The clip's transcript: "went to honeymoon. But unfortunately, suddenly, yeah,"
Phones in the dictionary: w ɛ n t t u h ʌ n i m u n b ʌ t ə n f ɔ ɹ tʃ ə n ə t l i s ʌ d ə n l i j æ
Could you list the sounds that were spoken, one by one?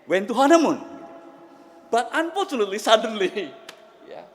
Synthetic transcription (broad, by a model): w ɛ n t t u h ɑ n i m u n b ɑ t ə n p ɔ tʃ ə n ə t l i s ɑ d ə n l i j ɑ